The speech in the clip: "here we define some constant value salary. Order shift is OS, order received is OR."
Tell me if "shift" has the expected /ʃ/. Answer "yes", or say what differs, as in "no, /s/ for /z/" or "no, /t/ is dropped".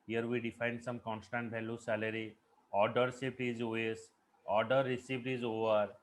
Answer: no, /s/ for /ʃ/